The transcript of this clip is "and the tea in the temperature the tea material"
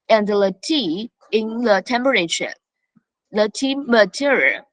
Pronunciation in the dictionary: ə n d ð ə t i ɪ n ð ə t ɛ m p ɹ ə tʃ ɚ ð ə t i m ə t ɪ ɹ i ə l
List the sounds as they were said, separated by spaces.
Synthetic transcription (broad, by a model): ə n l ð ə t i ɪ n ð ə t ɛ m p ɹ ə ʃ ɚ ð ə t i m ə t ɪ ɹ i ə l